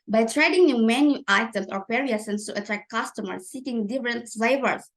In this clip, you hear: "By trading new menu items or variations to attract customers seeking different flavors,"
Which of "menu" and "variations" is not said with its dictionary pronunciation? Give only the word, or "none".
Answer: variations